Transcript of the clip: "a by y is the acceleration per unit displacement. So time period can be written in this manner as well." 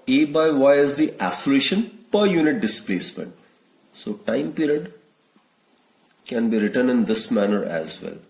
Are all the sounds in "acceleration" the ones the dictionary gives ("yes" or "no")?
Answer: no